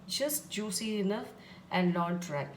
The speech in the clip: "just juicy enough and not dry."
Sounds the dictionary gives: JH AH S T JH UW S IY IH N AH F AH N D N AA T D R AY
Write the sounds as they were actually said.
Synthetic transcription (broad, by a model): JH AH S T JH UW S IY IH N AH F AH N D L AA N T R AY